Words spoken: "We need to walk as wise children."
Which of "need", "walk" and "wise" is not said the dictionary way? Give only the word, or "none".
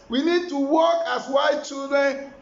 wise